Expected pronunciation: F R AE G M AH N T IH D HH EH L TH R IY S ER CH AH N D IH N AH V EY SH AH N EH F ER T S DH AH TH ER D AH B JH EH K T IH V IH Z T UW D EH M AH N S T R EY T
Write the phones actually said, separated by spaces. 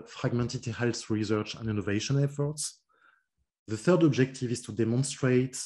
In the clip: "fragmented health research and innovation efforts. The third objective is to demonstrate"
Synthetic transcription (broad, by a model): F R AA G M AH N T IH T HH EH L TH R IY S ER CH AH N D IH N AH V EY SH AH N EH F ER T S DH AH TH ER D AH B JH EH K T IH V IH Z T UW D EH M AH N S T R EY T